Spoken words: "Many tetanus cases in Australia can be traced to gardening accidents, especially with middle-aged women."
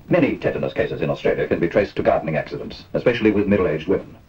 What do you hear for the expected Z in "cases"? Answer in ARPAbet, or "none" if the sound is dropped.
Z